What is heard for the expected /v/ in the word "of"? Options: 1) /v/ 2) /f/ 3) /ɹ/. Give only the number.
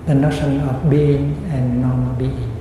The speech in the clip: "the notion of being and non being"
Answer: 2